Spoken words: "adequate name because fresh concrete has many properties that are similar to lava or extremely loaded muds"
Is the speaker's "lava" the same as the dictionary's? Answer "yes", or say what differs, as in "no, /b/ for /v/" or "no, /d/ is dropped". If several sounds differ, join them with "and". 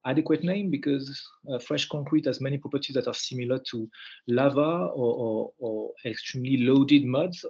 yes